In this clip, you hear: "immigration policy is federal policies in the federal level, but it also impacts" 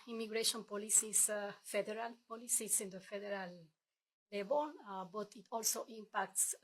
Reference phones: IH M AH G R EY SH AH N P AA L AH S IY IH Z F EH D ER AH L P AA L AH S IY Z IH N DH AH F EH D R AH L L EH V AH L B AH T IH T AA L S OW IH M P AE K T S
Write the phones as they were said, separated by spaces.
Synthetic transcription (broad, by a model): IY M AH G R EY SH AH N P AA L AH S IY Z F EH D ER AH L P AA L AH S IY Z IH N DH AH F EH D R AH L L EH B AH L B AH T IH T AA L S OW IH M P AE K T S